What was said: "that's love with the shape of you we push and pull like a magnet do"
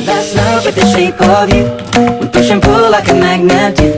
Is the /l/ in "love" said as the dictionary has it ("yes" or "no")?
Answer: no